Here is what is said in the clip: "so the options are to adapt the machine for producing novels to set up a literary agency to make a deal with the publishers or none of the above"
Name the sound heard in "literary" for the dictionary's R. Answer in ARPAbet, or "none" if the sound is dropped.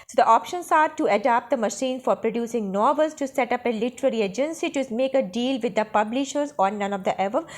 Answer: R